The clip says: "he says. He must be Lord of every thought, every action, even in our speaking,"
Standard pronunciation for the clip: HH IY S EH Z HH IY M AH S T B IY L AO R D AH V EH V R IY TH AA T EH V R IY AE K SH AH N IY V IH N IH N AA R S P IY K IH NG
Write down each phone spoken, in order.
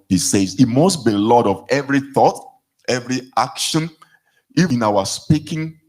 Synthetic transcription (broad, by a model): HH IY S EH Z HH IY M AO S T B IY L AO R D AH V EH V R IY TH AA T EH V R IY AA K SH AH N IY IH N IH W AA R S P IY K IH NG